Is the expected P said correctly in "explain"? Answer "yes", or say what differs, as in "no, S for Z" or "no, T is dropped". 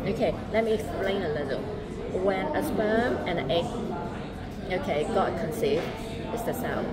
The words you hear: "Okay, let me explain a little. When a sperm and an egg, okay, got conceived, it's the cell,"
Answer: yes